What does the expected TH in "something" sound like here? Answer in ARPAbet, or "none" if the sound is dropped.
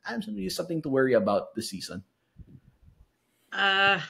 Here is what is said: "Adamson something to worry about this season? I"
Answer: TH